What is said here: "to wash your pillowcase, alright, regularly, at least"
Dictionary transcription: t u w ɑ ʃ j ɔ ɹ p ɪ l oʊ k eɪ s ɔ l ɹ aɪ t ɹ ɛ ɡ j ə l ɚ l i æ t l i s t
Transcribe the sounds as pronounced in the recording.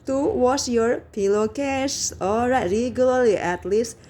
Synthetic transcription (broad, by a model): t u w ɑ s j ɔ ɹ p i l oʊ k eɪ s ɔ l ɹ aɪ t ɹ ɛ ɡ j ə l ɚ l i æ t l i s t